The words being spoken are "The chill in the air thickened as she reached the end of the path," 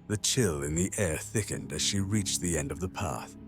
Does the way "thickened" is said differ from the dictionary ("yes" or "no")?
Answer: no